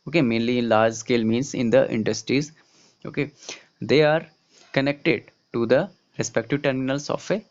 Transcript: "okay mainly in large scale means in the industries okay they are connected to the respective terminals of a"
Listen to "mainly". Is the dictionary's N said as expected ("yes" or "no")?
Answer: yes